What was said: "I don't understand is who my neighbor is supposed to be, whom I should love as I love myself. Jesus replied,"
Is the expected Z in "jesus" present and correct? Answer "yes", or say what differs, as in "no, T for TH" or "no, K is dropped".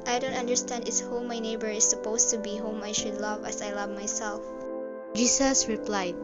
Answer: no, S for Z